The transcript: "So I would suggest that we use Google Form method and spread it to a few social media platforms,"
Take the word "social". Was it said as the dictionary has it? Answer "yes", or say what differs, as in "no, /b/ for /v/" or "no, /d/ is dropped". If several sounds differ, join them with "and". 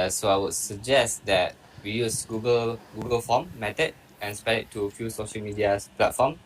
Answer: yes